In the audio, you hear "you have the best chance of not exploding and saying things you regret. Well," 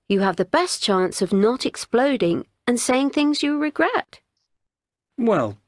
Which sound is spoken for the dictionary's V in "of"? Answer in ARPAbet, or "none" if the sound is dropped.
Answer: V